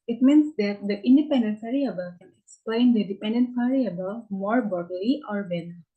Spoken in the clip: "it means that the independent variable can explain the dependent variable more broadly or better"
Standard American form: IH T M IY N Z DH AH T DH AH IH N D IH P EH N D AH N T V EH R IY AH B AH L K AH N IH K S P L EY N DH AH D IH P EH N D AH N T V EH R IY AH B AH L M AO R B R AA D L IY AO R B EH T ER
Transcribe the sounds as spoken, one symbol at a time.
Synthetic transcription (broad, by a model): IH T M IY N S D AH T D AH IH N D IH P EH N D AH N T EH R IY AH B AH K AH N IH K S P L EY N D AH D IH P EH N D AH N T F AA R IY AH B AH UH M AO R B AA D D IY AO R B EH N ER